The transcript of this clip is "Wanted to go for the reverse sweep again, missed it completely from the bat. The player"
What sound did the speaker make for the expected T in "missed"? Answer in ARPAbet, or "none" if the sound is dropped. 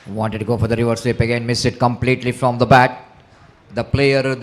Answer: none